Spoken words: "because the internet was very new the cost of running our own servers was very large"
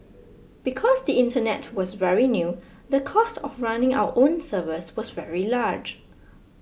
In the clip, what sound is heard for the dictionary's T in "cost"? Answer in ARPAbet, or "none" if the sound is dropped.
T